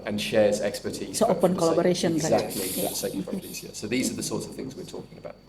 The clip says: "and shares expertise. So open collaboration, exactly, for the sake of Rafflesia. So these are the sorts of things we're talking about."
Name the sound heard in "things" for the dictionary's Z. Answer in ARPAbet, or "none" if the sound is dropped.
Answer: Z